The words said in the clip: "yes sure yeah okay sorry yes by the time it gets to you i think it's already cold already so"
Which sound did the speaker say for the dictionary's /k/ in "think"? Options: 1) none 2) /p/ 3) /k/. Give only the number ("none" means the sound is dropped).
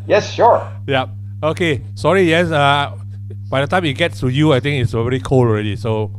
1